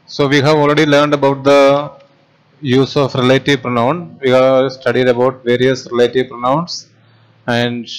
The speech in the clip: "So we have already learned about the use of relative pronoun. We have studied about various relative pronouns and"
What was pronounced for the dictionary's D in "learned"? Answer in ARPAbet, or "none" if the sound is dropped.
D